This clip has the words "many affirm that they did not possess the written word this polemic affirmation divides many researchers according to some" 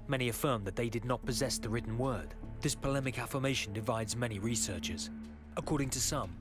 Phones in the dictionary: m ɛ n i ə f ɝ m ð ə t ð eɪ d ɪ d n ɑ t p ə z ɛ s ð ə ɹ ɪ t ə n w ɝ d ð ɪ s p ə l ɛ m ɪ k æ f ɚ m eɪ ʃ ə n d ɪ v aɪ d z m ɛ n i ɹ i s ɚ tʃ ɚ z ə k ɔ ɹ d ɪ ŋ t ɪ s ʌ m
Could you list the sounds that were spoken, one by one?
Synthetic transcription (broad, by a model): m ɛ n i ə f ɝ m ð ə t ð eɪ d ɪ d n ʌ t p ə z ɛ s ð ə ɹ ɪ t n w ɝ d ð ɪ s p ə l ɛ m ɪ k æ f ɚ m eɪ ʃ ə n d ɪ v aɪ d z m ɛ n i ɹ i s ɚ tʃ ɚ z ə k ɔ ɹ d ɪ ŋ t ɪ s ʌ m